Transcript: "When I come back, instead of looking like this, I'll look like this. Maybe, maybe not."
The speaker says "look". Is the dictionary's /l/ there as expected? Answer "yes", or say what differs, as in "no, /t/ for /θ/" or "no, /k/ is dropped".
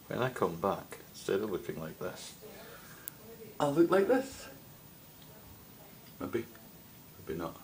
yes